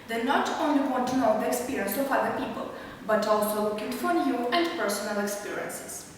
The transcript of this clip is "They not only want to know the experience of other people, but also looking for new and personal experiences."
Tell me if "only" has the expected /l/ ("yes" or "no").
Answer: yes